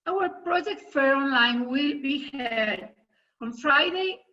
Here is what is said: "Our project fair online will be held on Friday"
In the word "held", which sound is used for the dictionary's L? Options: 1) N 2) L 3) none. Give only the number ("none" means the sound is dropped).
3